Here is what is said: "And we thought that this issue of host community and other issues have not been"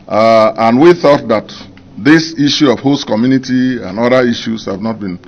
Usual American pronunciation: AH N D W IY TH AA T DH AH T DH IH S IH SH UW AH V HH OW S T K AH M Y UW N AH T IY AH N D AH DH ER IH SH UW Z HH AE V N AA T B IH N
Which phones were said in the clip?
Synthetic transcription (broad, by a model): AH N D W IY TH AA T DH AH T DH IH S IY SH UW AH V HH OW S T K AH M Y UW N AH T IY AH N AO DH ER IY SH UW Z HH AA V N AA T B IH N